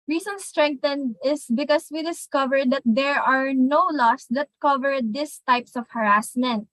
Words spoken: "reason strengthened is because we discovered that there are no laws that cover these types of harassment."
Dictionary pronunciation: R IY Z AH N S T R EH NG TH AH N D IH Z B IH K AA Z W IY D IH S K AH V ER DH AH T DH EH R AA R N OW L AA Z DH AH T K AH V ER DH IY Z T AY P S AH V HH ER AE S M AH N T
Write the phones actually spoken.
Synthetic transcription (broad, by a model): R IY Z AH N S T R EH NG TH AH N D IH S B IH K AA S W IY D IH S K AH V ER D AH T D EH R AA R N OW L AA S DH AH T K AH V ER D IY S T AY P S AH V HH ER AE S M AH N T